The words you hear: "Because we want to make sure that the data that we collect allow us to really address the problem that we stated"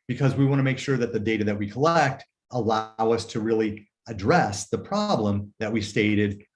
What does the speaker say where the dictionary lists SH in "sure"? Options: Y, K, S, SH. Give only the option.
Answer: SH